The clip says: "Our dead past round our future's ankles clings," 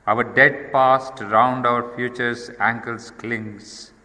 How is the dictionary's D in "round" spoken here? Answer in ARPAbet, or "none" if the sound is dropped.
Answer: D